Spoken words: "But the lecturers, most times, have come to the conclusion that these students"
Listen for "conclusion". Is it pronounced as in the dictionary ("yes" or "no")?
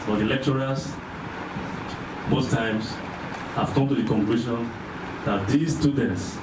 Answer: no